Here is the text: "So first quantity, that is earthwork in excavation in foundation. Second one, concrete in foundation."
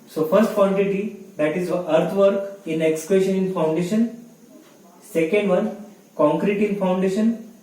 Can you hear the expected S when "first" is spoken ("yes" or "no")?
yes